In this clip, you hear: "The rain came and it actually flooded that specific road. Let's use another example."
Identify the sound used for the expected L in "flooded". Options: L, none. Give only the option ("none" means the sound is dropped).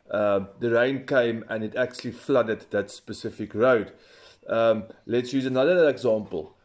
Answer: L